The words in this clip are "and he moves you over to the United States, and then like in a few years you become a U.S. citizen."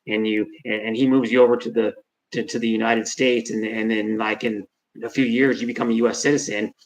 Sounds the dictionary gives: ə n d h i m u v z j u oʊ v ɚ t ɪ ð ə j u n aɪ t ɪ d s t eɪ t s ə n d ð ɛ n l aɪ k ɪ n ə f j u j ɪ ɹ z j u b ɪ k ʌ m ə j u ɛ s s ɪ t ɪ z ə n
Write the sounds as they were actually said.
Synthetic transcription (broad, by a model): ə n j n i m u v z j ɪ oʊ v ɚ t ɪ ð ə j u n aɪ t ɪ d s t eɪ t s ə n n ð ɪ n l aɪ k ɪ n ə f j u j ɪ ɹ z j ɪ b ɪ k ʌ m ə j u ɛ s s ɪ t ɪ z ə n